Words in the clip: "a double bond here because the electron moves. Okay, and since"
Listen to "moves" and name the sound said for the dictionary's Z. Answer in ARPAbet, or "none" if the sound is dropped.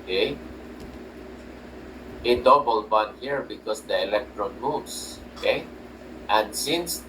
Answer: S